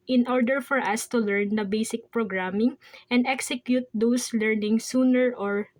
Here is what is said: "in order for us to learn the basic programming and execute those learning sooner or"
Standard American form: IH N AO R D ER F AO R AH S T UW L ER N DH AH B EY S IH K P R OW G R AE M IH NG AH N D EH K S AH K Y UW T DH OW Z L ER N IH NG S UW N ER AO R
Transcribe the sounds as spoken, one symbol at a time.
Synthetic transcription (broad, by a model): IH N AO R D ER F AO R AH S T UW L ER N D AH B EY S IH K P R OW G R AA M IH NG AH N D EH K S AH K Y UW T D OW S L ER N IH NG S UW N ER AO R